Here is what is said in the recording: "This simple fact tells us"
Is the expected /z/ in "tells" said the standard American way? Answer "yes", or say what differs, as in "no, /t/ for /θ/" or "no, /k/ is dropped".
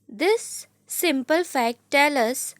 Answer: no, /z/ is dropped